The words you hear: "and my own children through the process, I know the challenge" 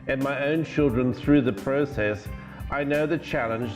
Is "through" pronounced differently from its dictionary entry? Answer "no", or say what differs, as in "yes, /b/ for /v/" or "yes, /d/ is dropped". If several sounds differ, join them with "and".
no